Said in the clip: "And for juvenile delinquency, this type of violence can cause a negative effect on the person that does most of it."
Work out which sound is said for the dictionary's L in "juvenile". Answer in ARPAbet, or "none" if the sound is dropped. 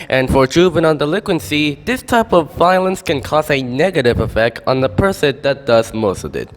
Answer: N